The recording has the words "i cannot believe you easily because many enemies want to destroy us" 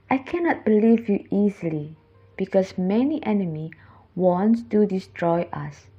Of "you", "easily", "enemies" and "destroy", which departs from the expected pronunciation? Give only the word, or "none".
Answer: enemies